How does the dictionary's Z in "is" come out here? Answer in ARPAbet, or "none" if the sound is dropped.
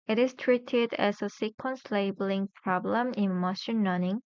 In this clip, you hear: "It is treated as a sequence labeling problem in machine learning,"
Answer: S